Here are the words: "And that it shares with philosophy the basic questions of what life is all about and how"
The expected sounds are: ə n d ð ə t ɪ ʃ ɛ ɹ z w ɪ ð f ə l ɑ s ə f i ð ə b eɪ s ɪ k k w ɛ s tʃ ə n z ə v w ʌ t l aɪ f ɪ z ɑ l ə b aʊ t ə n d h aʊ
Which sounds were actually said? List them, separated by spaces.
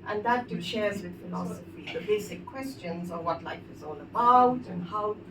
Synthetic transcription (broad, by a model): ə n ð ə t ɪ ʃ ɛ ɹ z w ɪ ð f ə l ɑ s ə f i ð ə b eɪ s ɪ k k w ɛ s tʃ ə n z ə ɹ w ʌ t l aɪ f ɪ z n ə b aʊ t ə n h aʊ